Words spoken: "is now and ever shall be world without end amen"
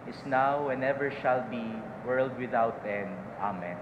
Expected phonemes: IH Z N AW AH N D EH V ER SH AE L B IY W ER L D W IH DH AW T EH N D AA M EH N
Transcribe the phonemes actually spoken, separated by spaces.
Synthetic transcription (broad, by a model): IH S N AW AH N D EH V ER SH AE L B IY W ER L D W IH DH AW T EH N D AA M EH N